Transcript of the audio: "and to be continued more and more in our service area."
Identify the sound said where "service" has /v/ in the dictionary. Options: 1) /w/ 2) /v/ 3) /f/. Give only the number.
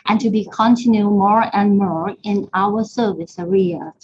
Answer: 2